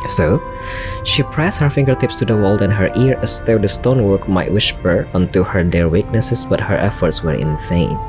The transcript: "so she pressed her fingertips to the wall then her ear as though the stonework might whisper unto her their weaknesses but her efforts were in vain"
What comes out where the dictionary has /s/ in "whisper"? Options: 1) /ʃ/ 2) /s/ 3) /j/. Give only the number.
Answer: 1